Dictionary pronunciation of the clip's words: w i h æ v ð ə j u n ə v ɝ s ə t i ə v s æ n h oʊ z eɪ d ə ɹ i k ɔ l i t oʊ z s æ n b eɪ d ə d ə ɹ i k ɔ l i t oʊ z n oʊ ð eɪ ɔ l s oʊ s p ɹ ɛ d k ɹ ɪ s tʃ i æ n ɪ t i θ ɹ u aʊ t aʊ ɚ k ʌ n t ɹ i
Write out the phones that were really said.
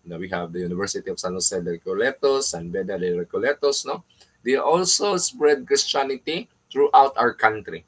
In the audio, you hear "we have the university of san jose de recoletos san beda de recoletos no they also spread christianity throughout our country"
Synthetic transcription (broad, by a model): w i h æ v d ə j u n ə v ɝ s ə t i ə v s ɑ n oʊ s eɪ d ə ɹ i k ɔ l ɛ t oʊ s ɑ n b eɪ d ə d ə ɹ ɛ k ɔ l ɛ t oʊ s n oʊ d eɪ ɔ l s oʊ s p ɹ ɛ d k ɹ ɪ s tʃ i n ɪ t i t ɹ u aʊ t aʊ ɚ k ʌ n t ɹ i